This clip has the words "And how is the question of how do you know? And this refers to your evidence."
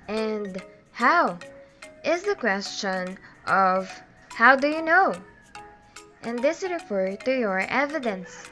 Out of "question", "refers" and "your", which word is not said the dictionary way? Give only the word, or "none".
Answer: refers